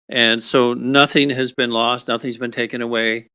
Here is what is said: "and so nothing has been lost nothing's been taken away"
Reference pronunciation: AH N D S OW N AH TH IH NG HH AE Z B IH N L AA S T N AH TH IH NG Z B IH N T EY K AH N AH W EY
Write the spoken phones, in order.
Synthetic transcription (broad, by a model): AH N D S OW N AH TH IH NG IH Z B IH N L AA S T N AH TH IH NG Z B IH N T EY K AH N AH W EY